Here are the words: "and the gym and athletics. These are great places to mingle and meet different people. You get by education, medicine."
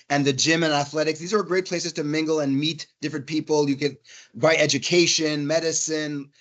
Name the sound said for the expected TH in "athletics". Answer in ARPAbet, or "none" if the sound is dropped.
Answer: TH